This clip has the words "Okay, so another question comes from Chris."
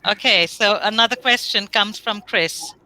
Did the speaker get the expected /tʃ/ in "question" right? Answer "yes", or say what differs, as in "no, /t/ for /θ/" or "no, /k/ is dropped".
yes